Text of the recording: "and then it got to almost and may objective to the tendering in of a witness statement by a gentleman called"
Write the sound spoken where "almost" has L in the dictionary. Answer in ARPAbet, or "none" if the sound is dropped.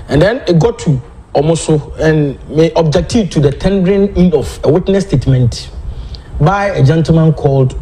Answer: none